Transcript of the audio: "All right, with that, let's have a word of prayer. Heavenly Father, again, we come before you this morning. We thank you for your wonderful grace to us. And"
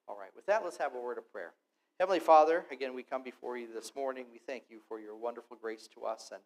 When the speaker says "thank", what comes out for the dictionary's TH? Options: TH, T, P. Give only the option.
TH